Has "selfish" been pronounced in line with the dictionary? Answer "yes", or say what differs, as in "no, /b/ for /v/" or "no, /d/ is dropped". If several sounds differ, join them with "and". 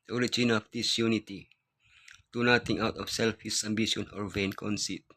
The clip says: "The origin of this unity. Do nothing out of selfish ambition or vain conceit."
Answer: no, /s/ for /ʃ/